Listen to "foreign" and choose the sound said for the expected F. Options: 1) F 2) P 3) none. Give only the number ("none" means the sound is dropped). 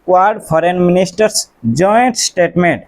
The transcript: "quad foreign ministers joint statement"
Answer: 2